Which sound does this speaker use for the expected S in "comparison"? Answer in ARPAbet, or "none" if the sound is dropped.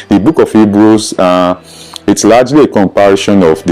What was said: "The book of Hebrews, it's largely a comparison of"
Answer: SH